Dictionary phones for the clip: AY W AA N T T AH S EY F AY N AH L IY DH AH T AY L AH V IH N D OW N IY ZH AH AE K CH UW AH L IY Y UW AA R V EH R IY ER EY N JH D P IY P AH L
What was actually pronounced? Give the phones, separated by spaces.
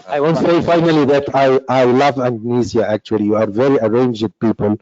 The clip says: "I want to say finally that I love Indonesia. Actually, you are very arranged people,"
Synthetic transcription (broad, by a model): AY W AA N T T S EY F AY N AH L IY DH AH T AY L AH V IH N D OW N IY Z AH AE K CH UW AH L IY Y UW AA R V EH R IY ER EY N JH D P IY P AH L